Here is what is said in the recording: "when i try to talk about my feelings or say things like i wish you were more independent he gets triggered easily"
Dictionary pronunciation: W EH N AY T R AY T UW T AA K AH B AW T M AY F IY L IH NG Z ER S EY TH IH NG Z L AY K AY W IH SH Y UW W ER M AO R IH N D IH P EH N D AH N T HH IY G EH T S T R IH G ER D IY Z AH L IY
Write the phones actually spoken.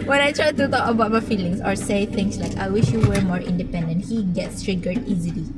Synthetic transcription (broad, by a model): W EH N AY T R AY T UW T AA K AH B AW T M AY F IY L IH NG S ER S EY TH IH NG S L AY K AY W IH SH Y UW W ER M AO R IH N D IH P EH N D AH N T HH IY G EH T S T R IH G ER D IY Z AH L IY